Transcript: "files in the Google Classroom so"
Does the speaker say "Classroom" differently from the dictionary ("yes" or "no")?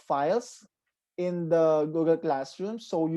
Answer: no